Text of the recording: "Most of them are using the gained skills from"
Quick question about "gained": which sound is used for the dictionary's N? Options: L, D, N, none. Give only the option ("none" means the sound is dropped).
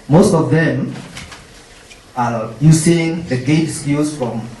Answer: none